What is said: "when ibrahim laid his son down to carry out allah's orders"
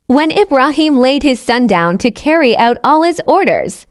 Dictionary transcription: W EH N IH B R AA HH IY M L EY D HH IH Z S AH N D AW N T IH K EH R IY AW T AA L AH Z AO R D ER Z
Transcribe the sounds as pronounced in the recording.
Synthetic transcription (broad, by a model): W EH N IH B R AA HH IY M L EY D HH IH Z S AH N D AW N T IH K EH R IY AW T AA L AH Z AO R D ER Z